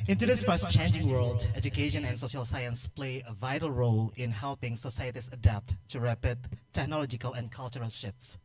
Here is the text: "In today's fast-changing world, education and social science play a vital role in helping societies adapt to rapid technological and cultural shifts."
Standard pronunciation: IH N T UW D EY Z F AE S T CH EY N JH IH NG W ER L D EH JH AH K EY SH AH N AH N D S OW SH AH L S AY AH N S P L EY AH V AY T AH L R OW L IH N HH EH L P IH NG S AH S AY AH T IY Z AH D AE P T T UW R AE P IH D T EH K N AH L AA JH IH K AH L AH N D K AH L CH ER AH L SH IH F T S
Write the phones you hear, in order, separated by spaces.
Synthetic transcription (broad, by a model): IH N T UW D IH S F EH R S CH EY N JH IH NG W ER L D EH JH AH K EY SH AH N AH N S OW SH AH L S AY AH N S P L EY AH V AY T AH L R OW L IH N HH EH L P IH NG S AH S AY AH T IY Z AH D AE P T T UW R AE P IH D T EH K N AH L AA JH IH K AH L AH N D K AH L CH ER AH L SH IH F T S